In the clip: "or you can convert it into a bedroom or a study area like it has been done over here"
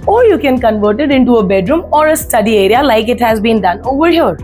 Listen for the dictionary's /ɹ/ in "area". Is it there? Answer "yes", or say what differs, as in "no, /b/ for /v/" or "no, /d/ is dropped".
yes